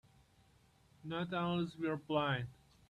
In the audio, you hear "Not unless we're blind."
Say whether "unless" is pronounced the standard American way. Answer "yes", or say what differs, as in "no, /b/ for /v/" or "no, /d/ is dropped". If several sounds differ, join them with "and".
no, /n/ is dropped